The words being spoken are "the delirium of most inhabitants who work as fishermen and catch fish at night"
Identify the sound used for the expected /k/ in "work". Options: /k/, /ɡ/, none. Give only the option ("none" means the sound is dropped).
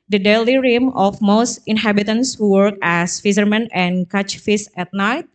/k/